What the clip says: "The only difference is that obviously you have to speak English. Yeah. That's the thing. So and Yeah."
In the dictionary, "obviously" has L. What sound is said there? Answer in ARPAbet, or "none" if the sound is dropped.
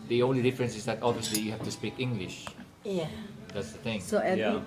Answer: L